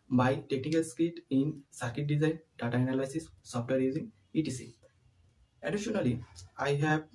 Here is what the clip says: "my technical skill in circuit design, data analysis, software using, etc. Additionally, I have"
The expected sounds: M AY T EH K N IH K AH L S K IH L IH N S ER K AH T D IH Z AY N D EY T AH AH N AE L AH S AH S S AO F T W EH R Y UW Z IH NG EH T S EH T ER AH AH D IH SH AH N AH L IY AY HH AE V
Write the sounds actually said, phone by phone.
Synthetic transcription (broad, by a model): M AY T EH K N IH K AH L S K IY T IH N S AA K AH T D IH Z AY N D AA T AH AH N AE L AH S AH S S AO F T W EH R Y UW Z IH NG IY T IY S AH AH D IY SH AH N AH L IY AY HH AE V